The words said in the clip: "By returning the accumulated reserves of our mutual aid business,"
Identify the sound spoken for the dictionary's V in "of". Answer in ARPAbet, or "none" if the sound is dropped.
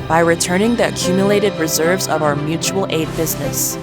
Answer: V